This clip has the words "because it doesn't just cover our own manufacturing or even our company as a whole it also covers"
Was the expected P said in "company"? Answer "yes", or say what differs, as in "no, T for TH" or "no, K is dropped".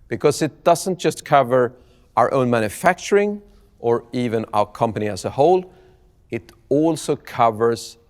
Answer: yes